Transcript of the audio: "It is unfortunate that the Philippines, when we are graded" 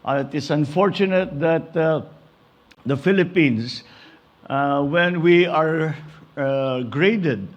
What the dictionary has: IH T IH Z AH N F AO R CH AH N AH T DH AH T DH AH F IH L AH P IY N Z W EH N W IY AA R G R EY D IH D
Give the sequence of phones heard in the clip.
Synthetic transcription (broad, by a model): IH T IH S AH N F AO R CH AH N AH T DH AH T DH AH F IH L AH P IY N S W EH N W IY AA R G R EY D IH D